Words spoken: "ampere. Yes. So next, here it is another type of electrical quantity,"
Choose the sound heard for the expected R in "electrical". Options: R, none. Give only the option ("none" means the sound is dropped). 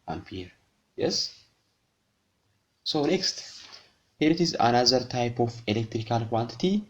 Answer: R